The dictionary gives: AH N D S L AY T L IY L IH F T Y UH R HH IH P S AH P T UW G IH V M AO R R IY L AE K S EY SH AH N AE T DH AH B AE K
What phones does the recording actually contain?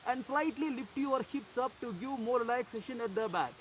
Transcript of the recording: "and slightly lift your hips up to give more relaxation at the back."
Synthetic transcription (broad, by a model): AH N D S L AY T L IY L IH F T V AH R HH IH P S AH P T UW G IH V M AO R L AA AE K S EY SH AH N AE T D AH B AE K